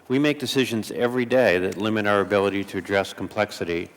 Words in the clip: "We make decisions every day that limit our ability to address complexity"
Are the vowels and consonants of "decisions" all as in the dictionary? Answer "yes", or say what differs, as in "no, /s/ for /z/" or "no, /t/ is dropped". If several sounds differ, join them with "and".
yes